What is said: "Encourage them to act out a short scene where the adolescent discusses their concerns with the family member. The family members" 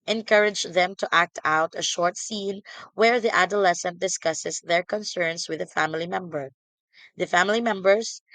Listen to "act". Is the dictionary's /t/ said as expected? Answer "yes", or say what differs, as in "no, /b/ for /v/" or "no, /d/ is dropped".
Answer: yes